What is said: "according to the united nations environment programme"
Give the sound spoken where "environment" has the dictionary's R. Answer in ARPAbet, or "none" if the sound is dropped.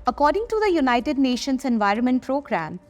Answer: R